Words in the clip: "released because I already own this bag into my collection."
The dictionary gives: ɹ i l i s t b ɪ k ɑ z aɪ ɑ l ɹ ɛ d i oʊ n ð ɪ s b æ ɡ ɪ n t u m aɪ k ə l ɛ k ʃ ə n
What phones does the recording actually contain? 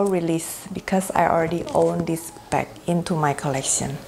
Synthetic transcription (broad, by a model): ɹ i l i s b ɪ k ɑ s aɪ ɑ l ɹ ɛ d i oʊ n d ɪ s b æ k ɪ n t u m aɪ k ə l ɛ k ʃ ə n